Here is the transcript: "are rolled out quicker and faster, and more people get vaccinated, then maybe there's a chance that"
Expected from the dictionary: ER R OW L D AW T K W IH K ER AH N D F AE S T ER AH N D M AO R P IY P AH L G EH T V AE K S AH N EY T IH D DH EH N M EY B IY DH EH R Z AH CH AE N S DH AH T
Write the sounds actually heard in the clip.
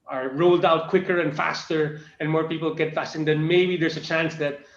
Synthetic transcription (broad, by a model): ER R OW L D AW T K W IH K ER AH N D F AE S T ER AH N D M AO R P IY P AH L G EH T F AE S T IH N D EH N M EY B IY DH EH R S AH CH AE N S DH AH T